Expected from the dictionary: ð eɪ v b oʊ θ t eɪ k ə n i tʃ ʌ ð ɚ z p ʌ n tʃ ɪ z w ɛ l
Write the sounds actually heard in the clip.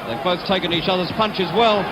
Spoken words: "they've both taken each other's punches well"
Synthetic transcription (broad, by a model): ð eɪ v b oʊ θ t eɪ k ə n i tʃ ʌ ð ɚ z p ʌ n tʃ ɪ z w ɛ l